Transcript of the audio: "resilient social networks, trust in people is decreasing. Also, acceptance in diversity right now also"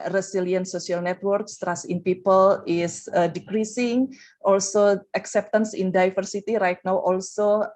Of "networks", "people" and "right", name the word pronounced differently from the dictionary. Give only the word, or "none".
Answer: none